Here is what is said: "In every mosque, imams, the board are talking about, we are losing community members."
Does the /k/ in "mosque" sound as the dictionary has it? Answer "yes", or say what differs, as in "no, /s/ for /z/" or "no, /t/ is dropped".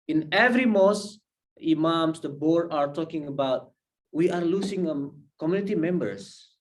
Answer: no, /k/ is dropped